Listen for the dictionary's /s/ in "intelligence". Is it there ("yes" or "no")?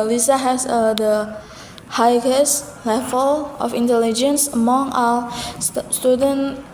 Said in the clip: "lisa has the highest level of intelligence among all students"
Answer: yes